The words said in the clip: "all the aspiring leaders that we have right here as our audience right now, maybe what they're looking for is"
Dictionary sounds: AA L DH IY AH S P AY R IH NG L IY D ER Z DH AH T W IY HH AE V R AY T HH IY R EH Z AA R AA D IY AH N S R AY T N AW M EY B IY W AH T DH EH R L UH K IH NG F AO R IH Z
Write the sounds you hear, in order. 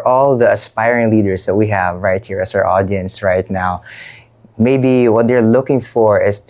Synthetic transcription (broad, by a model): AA L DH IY AH S P AY R IH NG L IY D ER S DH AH T W IY HH AE V R AY T HH IY R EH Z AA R AA D IY AH N S R AY T N AW M EY B IY W AH T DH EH R L UH K IH NG F AO R IH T